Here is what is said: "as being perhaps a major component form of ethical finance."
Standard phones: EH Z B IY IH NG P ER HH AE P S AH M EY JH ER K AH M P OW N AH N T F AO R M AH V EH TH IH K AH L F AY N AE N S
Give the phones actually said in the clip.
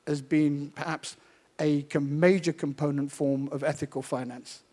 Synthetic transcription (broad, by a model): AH Z B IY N P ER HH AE P S AH M EY JH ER K AH M P OW N AH N T F AO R M AH V EH TH IH K AH L F AY N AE N S